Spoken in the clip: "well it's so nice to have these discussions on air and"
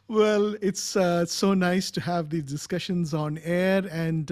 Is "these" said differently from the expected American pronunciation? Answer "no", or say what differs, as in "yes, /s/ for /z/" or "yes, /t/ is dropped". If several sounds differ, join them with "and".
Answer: yes, /z/ is dropped